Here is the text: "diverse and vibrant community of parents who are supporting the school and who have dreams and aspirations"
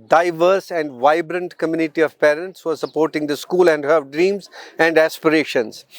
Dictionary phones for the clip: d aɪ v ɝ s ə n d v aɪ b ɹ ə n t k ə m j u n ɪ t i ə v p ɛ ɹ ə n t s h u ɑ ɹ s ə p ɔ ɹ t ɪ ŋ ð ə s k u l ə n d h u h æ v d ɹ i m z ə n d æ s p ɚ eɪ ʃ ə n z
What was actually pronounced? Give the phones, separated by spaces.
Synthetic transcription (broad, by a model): d aɪ v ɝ s ə n d v aɪ b ɹ ə n t k ə m j u n ɪ t i ə v p ɛ ɹ ə n t s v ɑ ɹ s ə p ɔ ɹ t ɪ ŋ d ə s k u l ə n d h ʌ d ɹ i m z ə n d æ s p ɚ eɪ ʃ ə n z